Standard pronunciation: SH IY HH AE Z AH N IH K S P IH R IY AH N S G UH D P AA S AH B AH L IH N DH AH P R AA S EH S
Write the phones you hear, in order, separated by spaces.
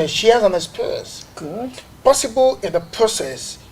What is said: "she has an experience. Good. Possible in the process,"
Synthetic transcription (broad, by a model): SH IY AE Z AH N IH S P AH S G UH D P AA S AH B AH L IH N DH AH P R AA S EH S